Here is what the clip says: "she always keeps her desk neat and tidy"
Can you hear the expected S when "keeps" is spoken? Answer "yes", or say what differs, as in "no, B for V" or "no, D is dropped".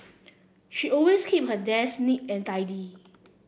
no, S is dropped